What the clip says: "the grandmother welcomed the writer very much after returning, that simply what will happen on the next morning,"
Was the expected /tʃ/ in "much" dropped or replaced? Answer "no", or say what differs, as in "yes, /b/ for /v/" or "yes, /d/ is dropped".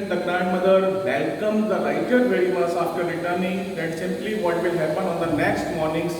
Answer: yes, /s/ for /tʃ/